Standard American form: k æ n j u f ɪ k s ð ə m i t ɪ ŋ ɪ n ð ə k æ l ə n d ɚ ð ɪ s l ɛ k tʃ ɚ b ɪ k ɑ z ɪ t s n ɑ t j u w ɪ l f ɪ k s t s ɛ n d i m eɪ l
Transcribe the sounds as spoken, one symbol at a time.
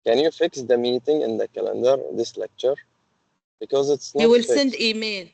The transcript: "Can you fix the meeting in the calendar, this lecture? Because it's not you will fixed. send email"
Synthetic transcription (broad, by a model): k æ n j u f ɪ k s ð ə m i t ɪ ŋ ɪ n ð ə k æ l ə n d ɚ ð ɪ s l ɛ k tʃ ɚ b ɪ k ɑ z ɪ t s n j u w ɪ l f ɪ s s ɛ n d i m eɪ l